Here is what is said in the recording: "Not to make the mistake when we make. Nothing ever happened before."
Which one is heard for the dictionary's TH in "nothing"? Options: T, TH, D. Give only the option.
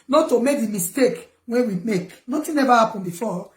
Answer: T